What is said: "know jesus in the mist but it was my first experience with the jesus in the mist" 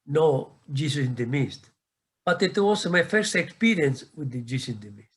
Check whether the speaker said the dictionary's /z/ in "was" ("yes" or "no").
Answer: no